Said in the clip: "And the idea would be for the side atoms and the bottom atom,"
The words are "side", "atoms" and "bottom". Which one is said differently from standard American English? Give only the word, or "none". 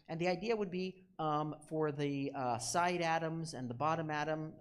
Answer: none